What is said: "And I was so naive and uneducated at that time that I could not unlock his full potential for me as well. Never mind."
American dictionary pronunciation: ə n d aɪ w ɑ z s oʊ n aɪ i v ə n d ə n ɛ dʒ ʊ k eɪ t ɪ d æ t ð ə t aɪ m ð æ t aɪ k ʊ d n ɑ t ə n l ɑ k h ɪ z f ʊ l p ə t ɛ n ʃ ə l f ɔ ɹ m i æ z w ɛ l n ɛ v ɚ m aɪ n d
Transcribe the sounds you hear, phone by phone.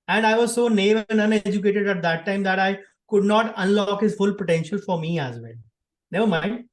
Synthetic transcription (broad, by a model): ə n d aɪ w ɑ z s oʊ n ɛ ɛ ə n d ə n ɛ dʒ ʊ k eɪ t ɪ d æ t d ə t aɪ m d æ t aɪ k ʊ d n ɑ t ə n l ɑ k h ɪ z f ʊ l p ə t ɛ n ʃ ə l f ɔ ɹ m i æ z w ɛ n n ɛ v ɚ m aɪ n d